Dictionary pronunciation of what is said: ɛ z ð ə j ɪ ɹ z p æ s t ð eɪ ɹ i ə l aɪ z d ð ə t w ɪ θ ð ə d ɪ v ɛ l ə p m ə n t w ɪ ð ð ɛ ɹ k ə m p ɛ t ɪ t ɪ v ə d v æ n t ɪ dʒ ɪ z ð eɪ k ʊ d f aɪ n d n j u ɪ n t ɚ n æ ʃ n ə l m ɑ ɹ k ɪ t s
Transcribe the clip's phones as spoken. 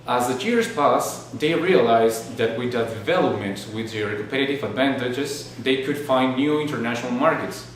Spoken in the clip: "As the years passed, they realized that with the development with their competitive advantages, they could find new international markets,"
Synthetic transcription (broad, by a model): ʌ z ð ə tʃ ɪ ɹ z p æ s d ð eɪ ɹ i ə l aɪ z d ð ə t w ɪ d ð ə d ɪ v ɛ l ə p m ə n t w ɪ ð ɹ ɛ k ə p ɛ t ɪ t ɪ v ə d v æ n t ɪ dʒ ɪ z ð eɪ k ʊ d f aɪ n d n j u ɪ n t ɚ n æ ʃ n ə l m ɑ ɹ k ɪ t s